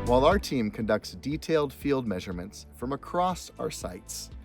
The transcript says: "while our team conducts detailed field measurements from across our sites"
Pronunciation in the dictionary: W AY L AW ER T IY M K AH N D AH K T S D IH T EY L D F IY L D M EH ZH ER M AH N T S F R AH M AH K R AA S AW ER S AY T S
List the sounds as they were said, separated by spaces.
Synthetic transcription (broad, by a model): W AY L AW ER T IY M K AH N D AH K T S D IH T EY L D F IY L D M EH ZH ER M AH N T S F R AH M AH K R AA S AW ER S AY T S